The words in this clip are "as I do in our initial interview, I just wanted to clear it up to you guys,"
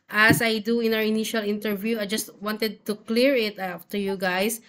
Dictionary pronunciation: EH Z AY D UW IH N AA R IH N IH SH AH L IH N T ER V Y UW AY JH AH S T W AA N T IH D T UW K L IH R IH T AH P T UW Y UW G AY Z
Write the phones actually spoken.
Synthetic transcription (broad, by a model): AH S AY D UW IH N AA W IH N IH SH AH L IH N T ER V Y UW AY JH AH S T W AA N T IH D T UW K L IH R IH T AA F T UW Y UW G AY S